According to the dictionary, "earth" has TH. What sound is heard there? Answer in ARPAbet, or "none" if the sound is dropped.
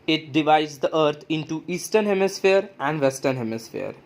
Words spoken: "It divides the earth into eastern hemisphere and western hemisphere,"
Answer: T